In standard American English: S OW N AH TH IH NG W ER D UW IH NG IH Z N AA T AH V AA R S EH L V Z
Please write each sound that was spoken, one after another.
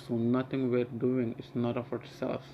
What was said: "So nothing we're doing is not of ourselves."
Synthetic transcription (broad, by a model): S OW N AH T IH NG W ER D UW IH NG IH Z N AA T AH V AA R S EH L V